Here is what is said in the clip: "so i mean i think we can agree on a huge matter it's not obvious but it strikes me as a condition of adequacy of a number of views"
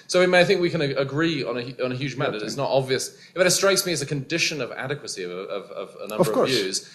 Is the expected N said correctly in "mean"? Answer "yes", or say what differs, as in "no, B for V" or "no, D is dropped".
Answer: no, N is dropped